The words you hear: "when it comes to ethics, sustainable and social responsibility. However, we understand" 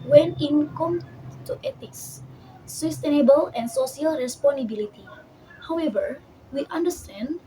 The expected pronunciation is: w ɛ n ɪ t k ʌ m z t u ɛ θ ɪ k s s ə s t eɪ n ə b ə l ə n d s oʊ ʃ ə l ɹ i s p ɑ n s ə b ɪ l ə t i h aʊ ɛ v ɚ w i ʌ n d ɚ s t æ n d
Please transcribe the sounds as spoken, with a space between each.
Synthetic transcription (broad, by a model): w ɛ n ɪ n k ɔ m t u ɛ t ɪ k s s ə s t eɪ n ə b ə l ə n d s oʊ s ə l ɹ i s p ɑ n ə b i l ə t i h aʊ ɛ v ɚ w i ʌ n d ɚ s t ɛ n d